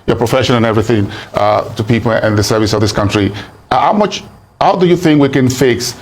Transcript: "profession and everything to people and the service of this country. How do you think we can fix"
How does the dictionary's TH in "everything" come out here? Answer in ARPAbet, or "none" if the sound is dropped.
TH